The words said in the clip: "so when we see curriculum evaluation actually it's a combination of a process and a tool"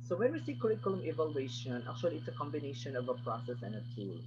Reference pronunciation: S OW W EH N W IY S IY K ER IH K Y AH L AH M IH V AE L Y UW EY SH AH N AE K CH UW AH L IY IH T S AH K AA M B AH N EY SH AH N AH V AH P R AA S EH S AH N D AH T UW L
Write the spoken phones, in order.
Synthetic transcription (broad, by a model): S OW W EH N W IY S IY K ER IH K Y AH L AH M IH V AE L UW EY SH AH N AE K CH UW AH L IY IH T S AH K AA M B AH N EY SH AH N AH V AH P R AA S EH S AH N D AH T UW L